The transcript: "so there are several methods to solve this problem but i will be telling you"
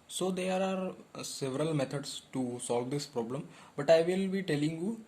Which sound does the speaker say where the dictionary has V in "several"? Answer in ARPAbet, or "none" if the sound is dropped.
V